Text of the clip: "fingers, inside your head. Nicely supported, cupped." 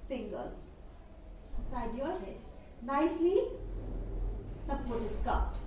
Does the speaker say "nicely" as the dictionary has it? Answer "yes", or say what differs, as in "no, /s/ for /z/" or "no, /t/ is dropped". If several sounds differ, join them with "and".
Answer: yes